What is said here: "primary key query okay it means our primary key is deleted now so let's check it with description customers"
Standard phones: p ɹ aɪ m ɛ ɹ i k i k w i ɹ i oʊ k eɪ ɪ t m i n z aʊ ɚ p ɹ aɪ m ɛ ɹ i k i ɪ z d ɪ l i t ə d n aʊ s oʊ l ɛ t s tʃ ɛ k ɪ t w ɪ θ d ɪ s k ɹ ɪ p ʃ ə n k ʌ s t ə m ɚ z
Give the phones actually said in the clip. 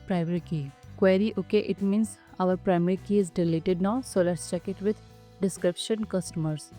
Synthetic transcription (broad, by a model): p ɹ aɪ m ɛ ɹ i k i k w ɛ ɹ i oʊ k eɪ ɪ t m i n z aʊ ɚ p ɹ aɪ m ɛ ɹ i k i ɪ z d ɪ l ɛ t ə d n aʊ s oʊ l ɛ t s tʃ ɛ k ɪ t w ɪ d d ɪ s k ɹ ɪ p ʃ ə n k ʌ s t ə m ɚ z